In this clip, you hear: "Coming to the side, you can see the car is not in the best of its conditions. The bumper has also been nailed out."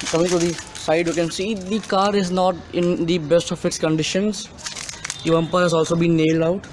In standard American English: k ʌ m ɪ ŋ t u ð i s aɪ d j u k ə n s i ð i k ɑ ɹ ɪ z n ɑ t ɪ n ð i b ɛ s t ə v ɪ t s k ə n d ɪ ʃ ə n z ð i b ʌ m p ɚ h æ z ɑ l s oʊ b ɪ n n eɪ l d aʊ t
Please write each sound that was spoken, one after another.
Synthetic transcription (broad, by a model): k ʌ m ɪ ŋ t u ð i s aɪ d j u k ə n s i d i k ɑ ɹ ɪ z n ɑ t ɪ n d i b ɛ s t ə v ɪ t s k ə n d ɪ ʃ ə n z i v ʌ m p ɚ h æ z ɑ l s oʊ b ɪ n n eɪ l d aʊ t